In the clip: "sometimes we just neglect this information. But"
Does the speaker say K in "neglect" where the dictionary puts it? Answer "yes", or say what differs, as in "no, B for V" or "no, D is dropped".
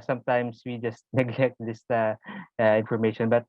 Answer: yes